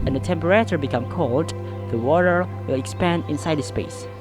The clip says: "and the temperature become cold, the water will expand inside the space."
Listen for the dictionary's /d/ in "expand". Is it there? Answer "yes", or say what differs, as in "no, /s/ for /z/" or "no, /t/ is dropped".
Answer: yes